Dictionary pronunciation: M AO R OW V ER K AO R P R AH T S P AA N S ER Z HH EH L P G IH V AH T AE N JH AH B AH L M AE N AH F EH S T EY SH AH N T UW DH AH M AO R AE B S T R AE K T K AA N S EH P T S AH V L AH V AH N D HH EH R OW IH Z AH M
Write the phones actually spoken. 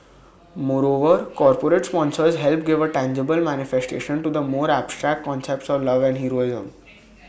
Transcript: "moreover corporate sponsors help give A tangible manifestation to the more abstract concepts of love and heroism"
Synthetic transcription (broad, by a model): M AO R OW V ER K AO R P R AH T S P AA N S ER Z HH EH L P G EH V AH T AE N JH AH B AH L M AE N AH F EH S T EY SH AH N T UW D AH M AO R AE B S T R AE K T K AA N S EH P T S AH V L AH V AH N D HH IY R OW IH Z AH M